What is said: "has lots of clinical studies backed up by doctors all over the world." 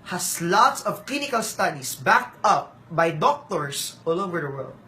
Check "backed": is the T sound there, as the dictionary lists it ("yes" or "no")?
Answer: yes